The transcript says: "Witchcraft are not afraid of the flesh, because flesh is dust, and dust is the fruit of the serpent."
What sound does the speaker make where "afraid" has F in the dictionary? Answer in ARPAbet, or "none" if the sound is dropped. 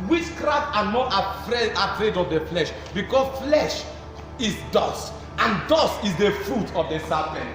P